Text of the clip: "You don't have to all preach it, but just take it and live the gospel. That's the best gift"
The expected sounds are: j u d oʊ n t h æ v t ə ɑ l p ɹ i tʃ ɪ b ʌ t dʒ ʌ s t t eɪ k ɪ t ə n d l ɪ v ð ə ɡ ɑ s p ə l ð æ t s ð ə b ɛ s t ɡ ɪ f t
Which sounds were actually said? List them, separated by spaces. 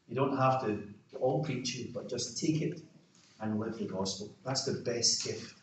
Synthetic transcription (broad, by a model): j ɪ d oʊ n t h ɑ f t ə ɑ l p ɹ i tʃ ɪ b ʌ t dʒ ʌ s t t eɪ k ɪ t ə n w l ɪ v ð ə ɡ ɑ s p ə l ð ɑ t s ð ə b ɛ s t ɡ ɪ f t